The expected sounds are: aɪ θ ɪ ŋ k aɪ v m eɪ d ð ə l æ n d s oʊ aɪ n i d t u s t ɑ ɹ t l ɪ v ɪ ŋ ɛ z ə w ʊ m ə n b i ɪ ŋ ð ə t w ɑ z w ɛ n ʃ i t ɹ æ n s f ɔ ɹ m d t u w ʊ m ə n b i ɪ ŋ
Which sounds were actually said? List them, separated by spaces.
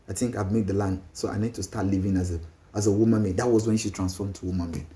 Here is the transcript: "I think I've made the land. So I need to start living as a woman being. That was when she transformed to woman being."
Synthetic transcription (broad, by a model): aɪ t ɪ ŋ k aɪ v m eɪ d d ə l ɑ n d s oʊ aɪ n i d t u s t ɑ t l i v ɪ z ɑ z ə w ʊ m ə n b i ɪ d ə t w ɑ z w ɛ n ʃ i t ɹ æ n s f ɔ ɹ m t u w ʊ m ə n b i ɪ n